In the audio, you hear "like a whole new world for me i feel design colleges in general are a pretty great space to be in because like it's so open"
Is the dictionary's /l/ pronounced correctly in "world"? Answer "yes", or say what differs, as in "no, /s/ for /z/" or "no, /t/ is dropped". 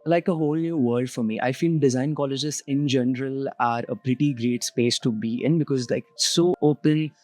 no, /l/ is dropped